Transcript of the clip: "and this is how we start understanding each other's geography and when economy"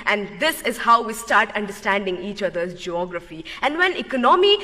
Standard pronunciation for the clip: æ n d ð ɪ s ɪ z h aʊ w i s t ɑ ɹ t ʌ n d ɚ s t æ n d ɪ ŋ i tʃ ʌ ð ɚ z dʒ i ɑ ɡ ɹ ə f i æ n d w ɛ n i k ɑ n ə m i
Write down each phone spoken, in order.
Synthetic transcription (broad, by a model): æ n d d ɪ s ɪ z h aʊ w i s t ɑ ɹ t ʌ n d ɚ s t æ n d ɪ ŋ i tʃ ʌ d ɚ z dʒ i ɑ ɡ ɹ ə f i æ n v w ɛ n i k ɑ n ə m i